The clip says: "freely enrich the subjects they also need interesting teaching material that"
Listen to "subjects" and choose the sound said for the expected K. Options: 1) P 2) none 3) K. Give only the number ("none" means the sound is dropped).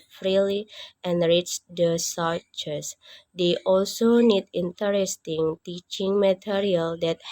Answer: 2